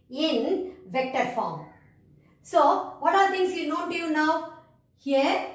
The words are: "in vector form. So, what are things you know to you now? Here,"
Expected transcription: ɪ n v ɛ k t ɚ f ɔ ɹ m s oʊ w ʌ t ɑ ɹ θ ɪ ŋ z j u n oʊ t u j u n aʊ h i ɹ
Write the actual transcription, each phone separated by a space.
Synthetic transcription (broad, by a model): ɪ n v ɛ k t ɚ f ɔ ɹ m s oʊ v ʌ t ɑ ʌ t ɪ ŋ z j u n oʊ t u j u n aʊ h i ɹ